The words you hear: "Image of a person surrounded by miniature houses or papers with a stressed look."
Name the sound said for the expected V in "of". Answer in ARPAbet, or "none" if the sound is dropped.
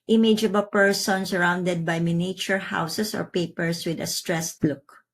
B